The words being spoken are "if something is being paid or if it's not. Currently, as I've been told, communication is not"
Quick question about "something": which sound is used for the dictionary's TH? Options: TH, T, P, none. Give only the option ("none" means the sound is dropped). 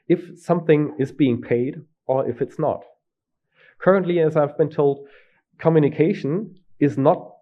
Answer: TH